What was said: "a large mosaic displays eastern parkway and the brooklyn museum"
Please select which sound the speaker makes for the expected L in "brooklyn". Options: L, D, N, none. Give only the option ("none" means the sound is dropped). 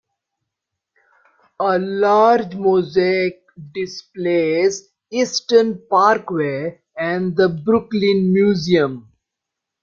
L